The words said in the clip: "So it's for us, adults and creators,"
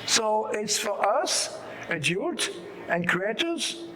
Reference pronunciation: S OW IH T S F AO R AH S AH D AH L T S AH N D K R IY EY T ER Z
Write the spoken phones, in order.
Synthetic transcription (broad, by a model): S OW IH T S F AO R AH S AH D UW T AH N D K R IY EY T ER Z